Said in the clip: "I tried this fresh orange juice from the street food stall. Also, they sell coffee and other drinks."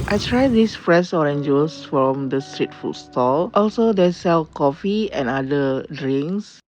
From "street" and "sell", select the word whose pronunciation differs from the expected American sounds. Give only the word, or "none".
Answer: none